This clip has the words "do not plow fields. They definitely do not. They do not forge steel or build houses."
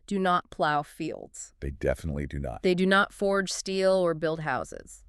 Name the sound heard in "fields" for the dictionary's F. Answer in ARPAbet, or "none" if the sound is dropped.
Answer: F